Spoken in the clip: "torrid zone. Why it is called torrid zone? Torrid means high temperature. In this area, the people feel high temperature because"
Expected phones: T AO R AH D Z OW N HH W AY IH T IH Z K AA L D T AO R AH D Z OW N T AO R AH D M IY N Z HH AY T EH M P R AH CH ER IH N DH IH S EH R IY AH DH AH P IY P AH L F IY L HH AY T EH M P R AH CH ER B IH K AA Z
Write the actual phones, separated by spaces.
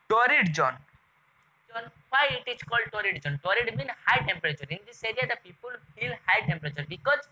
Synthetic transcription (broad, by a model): T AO R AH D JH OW N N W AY IH T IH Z K AA L D T AO R AH D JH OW N T AO R AH D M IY N HH AY T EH M P R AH CH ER IH N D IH S EH R IY AH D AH P IY P AH L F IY L HH AY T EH M P R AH CH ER B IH K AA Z